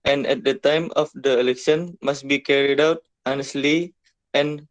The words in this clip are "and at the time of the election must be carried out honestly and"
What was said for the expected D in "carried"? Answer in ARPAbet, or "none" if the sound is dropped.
D